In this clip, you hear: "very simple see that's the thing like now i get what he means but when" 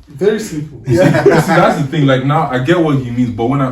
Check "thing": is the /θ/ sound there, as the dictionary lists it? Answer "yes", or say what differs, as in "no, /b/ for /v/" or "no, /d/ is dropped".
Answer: yes